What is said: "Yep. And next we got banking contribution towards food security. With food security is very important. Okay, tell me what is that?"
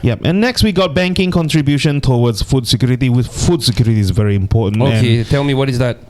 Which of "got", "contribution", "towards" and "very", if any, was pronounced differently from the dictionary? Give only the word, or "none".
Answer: towards